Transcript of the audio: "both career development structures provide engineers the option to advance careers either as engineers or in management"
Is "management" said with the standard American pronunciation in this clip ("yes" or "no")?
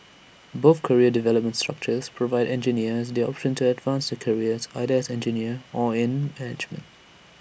yes